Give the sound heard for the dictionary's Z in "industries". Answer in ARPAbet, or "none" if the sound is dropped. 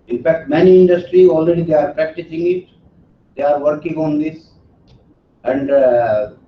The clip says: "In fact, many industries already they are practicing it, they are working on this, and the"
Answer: none